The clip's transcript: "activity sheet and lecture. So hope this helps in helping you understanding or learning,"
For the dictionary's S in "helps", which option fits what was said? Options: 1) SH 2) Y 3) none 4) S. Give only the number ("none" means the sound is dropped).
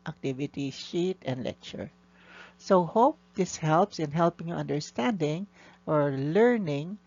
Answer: 4